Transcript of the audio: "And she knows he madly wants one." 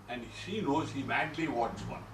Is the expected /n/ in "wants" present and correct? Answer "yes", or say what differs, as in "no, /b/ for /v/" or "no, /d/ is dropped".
no, /n/ is dropped